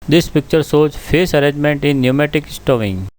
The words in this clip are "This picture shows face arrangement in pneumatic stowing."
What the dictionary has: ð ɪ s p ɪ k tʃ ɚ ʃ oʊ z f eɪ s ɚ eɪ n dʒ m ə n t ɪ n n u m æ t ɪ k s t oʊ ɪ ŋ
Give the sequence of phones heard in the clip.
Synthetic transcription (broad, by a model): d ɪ s p ɪ k tʃ ɚ s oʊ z f eɪ s ɚ eɪ n dʒ m ə n t ɪ n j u m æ t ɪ k s t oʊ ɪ ŋ